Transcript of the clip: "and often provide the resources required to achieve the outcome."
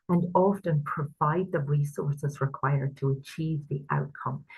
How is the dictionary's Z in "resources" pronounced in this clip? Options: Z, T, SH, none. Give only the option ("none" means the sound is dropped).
Z